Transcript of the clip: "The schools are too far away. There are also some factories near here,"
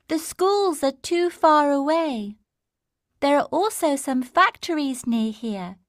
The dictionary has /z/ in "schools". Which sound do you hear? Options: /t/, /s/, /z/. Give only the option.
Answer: /z/